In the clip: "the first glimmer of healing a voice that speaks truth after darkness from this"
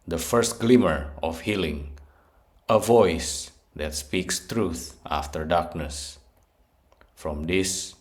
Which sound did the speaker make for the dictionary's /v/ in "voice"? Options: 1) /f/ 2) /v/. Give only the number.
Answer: 2